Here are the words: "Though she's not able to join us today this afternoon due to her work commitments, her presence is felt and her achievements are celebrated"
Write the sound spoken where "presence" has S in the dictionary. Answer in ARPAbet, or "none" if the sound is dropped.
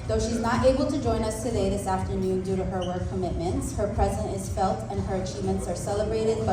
none